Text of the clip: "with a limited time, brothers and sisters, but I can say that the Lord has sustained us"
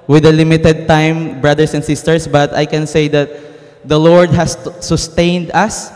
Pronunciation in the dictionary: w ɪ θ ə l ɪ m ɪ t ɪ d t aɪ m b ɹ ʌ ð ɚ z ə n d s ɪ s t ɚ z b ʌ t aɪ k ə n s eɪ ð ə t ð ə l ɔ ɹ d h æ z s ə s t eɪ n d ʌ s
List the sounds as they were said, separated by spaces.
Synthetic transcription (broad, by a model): w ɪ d ə l ɪ m ɪ t ɪ d t aɪ m b ɹ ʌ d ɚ s ə n d s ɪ s t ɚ s b ʌ t aɪ k ə n s eɪ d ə t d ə l ɔ ɹ d h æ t s ə s t eɪ n d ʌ s